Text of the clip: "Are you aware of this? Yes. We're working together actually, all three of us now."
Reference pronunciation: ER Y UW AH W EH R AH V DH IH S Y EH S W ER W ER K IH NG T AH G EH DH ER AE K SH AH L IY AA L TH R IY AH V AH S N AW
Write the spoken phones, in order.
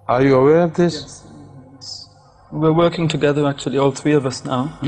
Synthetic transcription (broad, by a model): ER Y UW AH W EH R AH V DH IH S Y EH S W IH W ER K IH NG T AH G EH DH ER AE K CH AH L IY AA L TH R IY AH V AH S N AW